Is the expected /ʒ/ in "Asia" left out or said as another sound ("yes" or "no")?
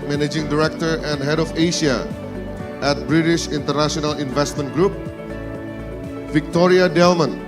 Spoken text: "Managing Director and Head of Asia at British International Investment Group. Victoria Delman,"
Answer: yes